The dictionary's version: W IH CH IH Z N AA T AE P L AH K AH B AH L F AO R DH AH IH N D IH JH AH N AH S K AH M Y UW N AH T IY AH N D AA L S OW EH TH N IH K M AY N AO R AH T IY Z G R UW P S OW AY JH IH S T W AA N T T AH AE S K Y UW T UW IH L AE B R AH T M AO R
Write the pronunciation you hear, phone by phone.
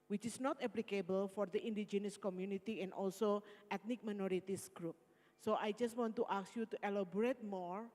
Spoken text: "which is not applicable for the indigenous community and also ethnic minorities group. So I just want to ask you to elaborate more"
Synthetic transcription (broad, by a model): W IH CH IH S N AA T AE P L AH K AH B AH L F AO R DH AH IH N D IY JH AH N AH S K AH M Y UW N AH T IY AH N D AA L S OW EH T N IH K M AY N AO R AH T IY S G R UW P S OW AY JH IH S T W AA N T T AH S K Y UW T UW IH L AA B R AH T M AO R